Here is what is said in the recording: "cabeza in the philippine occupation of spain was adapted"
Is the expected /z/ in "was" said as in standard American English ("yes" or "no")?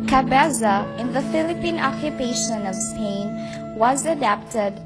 yes